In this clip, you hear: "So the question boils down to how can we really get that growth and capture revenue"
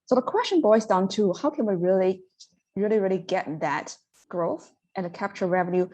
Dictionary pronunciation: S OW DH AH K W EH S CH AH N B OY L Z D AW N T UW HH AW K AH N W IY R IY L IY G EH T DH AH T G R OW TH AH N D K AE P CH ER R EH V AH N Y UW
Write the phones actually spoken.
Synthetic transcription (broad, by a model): S OW DH AH K W EH S CH AH N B OY Z D AW N T UW HH AW K AH N W IY R IY L IY G EH T DH AH T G R OW TH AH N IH K AE P CH ER R EH V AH N Y UW